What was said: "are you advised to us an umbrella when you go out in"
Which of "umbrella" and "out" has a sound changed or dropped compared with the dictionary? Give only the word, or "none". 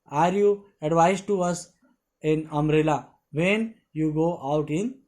umbrella